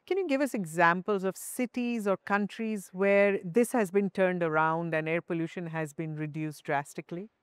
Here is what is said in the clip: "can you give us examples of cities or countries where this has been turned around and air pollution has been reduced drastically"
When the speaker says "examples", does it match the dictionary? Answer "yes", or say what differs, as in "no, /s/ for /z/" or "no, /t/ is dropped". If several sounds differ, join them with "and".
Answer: yes